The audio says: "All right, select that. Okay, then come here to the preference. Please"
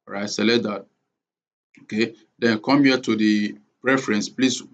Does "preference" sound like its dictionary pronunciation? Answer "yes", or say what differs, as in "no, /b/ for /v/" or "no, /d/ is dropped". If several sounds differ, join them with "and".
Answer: yes